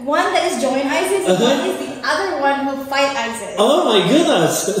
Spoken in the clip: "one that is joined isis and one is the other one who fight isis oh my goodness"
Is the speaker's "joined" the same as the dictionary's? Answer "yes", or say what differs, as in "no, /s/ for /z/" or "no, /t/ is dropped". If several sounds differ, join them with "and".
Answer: no, /d/ is dropped